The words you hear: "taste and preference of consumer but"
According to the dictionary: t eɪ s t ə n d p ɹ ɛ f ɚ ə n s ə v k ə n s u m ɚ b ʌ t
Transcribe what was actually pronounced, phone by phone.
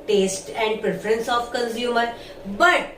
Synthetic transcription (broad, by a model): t eɪ s t ə n d p ɹ ɛ f ɚ ə n s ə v k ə n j u m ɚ b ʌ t